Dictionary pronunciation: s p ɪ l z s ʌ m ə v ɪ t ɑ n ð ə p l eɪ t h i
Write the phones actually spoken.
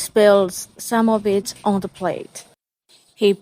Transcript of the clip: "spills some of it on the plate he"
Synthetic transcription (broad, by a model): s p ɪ l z s ʌ m ə v ɪ t n ð ə p l eɪ t h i